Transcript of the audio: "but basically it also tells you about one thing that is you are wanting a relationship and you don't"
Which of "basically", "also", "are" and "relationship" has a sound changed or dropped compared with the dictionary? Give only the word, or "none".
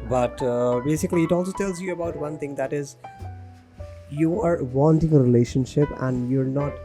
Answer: none